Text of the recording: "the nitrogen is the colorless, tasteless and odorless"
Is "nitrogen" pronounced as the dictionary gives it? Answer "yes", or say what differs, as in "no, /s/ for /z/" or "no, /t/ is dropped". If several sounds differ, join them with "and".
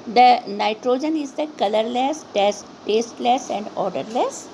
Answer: yes